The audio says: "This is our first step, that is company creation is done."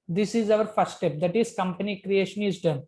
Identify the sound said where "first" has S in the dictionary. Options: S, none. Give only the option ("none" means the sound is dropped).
none